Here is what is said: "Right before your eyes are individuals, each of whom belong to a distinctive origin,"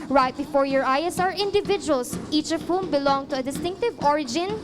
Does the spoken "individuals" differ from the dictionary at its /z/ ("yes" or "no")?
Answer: yes